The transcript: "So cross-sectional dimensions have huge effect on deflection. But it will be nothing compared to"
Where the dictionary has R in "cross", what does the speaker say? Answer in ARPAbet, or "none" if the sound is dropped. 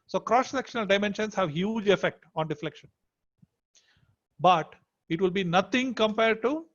R